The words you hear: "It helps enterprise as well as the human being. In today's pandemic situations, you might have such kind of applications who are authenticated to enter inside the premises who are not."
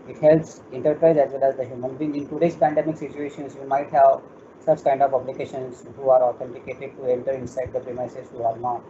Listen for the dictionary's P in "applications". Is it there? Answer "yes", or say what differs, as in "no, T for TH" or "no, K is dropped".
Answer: no, B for P